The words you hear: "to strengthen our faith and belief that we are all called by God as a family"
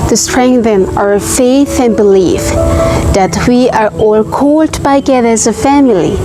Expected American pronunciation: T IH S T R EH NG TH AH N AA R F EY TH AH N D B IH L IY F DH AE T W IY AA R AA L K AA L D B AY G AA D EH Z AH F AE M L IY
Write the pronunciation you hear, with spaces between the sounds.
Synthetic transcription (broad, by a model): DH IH S T R EH NG TH AH N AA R F EY TH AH N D B IH L IY F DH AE T W IY AA R AA L K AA L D B AY G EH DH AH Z AH F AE M L IY